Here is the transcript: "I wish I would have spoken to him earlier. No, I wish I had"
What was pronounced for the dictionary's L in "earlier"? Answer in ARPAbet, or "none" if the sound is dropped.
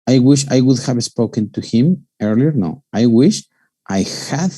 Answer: L